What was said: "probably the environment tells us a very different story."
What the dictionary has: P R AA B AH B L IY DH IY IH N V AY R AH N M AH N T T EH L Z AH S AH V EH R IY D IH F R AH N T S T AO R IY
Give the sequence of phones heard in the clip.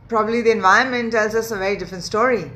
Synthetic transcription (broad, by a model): P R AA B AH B L IY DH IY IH N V AY AH N M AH N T T EH L Z AH S AH V EH R IY D IH F R AH N T S T AO R IY